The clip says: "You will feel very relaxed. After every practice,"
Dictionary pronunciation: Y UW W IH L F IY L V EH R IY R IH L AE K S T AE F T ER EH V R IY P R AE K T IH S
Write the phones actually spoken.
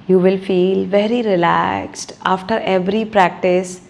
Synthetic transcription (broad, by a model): Y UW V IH L F IY L V EH R IY R IH L AE K S T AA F T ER EH V R IY P R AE K T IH S